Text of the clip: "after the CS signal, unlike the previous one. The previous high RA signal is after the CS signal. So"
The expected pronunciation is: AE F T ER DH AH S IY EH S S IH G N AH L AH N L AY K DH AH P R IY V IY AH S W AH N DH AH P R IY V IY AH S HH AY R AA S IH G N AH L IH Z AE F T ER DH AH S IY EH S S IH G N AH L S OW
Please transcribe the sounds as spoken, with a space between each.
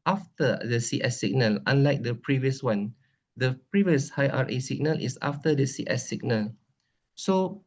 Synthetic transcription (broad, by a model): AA F T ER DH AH S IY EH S S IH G N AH L AH N L AY K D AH P R IY V IY AH S W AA N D AH P R IY V IY AH S HH AY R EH S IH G N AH L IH S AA F T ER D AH S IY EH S S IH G N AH L S OW